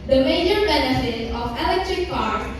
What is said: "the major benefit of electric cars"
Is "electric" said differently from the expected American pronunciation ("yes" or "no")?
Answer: no